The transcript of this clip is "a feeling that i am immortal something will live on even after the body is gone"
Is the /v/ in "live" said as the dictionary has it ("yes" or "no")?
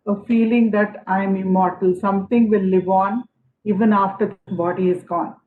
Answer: yes